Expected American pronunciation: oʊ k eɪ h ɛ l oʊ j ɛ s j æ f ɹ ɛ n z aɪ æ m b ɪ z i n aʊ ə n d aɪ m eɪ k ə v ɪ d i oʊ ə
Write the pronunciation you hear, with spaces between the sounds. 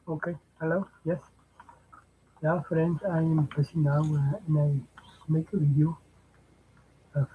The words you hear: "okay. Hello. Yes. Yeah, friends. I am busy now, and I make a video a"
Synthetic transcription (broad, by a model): oʊ k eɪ h ɛ l oʊ j ɛ s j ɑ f ɹ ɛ n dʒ aɪ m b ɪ s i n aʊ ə n aɪ m eɪ k ə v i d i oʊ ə